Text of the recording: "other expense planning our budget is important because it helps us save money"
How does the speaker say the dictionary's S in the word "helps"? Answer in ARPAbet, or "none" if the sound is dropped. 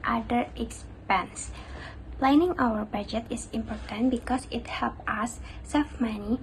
none